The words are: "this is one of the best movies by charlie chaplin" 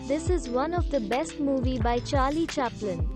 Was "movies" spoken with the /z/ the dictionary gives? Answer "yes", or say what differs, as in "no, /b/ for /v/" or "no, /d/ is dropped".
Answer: no, /z/ is dropped